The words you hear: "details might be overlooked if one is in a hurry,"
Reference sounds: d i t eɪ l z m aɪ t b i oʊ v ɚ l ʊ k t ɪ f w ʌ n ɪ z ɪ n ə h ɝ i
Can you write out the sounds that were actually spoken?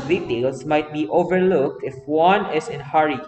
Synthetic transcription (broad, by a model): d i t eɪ l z m aɪ t b i oʊ v ɚ l ʊ k t ɪ f w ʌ n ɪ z ɪ n h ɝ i